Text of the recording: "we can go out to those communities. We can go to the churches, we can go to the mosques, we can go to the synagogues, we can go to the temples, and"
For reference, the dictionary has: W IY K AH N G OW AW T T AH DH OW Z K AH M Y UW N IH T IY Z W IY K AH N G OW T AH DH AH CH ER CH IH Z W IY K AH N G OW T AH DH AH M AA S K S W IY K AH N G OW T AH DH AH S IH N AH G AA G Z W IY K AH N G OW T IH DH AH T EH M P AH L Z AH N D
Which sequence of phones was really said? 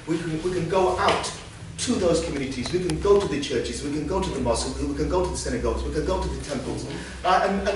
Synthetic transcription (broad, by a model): W IY K AH N G OW AW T T AH DH OW Z K AH M Y UW N IH T IY Z W IY K AH N G OW T AH DH AH CH ER CH IH Z W IY K AH N G OW T AH DH AH M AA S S W IY K AH N G OW T AH DH AH S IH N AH G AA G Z W IY K AH N G OW T IH DH AH T EH M P AH L Z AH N